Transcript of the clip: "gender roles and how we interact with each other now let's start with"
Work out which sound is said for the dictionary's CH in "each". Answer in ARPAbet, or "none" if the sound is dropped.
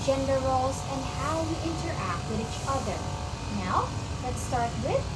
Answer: CH